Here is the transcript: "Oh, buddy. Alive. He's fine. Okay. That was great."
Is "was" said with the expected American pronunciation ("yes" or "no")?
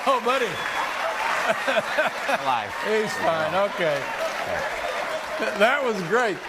yes